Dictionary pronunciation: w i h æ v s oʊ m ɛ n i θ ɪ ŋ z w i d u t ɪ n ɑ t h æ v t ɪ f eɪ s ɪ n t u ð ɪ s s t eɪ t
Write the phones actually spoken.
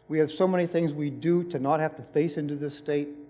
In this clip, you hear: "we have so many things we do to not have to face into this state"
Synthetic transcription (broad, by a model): w i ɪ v s oʊ m ɛ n i θ ɪ ŋ z w i d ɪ t ɪ n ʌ t h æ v t ɪ f eɪ s ɪ n t u ð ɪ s s t eɪ t